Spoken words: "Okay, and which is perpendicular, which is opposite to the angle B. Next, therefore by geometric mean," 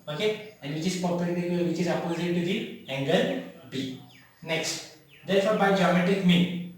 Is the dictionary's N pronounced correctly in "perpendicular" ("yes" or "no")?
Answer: no